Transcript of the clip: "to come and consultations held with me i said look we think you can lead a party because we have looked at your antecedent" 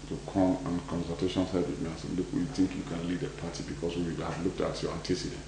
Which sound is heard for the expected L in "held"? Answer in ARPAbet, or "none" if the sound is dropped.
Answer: none